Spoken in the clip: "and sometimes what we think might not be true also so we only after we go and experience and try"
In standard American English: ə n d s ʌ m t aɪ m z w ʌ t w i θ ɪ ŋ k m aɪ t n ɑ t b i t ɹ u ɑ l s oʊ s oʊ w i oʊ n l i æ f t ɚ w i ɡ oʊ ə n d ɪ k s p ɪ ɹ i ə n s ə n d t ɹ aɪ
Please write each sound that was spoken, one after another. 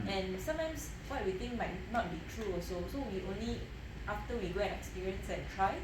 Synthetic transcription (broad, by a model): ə n s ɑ m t aɪ m s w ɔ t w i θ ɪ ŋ m aɪ t n ɑ t b i t ɹ u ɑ s oʊ s oʊ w i oʊ n l i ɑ f t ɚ w i ɡ oʊ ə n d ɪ k s p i ɹ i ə n s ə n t ɹ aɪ